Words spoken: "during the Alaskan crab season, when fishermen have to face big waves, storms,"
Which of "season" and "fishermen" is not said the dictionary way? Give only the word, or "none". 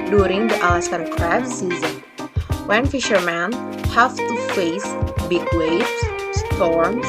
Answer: none